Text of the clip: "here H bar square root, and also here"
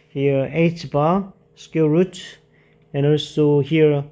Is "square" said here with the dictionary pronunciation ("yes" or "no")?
no